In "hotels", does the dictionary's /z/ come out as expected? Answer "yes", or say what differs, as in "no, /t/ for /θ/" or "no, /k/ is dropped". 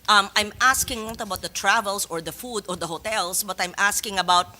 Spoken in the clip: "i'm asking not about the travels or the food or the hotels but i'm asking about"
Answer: no, /s/ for /z/